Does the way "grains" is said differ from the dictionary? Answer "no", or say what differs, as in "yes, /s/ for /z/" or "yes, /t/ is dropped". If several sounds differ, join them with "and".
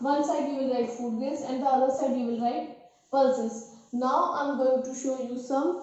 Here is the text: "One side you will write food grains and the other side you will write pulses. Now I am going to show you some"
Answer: yes, /ɹ/ is dropped